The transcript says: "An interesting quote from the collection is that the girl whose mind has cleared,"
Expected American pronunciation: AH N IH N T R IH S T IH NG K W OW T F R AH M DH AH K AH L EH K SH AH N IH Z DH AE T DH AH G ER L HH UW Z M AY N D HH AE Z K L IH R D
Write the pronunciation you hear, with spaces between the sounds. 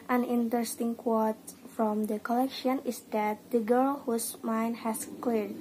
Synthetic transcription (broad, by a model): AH N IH N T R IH S T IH NG K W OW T F R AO M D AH K AH L EH K SH AH N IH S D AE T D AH G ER L HH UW S M AY N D HH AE S K L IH R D